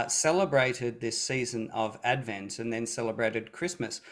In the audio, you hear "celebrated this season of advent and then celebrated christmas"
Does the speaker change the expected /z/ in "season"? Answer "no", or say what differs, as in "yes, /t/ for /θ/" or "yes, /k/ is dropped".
no